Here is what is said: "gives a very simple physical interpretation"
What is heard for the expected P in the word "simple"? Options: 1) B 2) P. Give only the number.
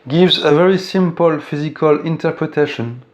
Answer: 2